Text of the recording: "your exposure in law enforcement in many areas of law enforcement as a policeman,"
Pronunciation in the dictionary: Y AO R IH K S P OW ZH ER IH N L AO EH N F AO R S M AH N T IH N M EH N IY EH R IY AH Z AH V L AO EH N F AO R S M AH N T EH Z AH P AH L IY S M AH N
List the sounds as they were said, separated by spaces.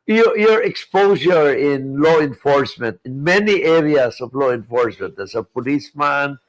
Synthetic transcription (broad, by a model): Y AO R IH K S P OW S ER IH N L AO EH N F AO R S M AH N T IH N M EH N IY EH R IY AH S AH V L AO EH N F AO R S M AH N T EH S AH P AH L IY S M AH N